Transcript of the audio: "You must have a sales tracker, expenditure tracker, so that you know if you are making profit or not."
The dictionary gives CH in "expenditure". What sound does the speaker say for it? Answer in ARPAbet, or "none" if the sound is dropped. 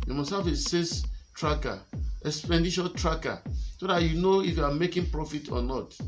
SH